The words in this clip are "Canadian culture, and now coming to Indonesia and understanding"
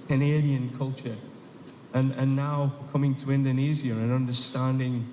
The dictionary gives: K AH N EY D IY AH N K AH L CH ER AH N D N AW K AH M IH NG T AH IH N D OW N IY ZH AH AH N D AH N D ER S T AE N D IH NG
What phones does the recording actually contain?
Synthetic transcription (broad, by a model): K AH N EY D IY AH N K AH L CH ER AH N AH N AW K AH M IH NG T AH IH N D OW N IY Z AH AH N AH N D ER S T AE N D IH NG